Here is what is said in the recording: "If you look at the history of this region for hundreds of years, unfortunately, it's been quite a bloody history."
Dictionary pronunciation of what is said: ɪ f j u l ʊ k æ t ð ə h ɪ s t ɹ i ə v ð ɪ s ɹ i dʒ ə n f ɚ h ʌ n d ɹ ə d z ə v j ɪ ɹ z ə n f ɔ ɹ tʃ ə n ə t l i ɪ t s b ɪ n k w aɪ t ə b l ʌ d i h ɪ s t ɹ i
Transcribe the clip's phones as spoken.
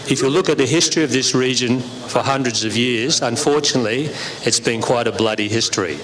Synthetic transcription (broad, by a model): ɪ f j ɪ l ʊ k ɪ t ð ə h ɪ s t ɹ i ə v ð ɪ s ɹ i dʒ ə n f ɚ h ʌ n d ɹ ə d z ə v j ɪ ɹ z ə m f ɔ ɹ tʃ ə n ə t l i ɪ t s b ɪ n k w aɪ t ə b l ʌ d i h ɪ s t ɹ i